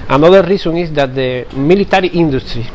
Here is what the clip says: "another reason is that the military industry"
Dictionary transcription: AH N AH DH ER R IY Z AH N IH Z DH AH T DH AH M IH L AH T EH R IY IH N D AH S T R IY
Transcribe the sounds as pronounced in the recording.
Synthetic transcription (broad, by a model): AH N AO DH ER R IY S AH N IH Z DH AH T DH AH M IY L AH T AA R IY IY N D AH S T R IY